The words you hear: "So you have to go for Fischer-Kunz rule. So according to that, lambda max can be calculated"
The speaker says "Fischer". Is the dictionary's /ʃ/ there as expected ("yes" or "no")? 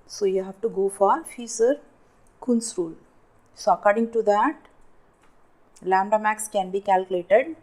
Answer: no